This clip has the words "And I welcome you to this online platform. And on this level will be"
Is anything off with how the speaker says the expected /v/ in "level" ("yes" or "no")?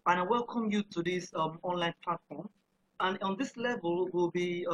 no